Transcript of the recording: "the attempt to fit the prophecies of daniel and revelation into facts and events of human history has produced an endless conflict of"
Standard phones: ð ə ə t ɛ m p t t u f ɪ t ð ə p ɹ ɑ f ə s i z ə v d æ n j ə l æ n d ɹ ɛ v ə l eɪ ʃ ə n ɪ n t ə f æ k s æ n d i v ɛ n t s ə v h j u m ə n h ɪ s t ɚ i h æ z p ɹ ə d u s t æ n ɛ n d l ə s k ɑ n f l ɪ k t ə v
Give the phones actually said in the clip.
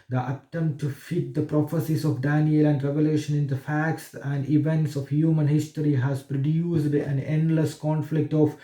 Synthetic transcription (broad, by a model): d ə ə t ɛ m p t t u f ɪ t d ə p ɹ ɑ f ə s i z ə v d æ n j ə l æ n d ɹ ɛ v ə l eɪ ʃ ə n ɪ n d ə f æ k s æ n d i v ɛ n t s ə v h j u m ə n h ɪ s t ɚ i h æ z p ɹ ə d u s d æ n ɛ n d l ə s k ɑ n f l ɪ k t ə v